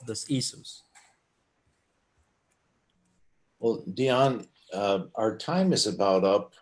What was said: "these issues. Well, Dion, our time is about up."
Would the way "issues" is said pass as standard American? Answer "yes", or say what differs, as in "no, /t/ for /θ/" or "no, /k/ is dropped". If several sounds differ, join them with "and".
no, /s/ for /ʃ/